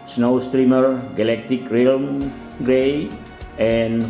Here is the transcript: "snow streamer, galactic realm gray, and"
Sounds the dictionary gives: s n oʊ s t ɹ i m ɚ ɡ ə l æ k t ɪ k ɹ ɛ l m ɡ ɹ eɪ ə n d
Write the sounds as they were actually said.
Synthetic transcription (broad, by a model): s n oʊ s t ɹ i m ɚ ɡ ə l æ k t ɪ k ɹ ɛ l m ɡ ɹ eɪ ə n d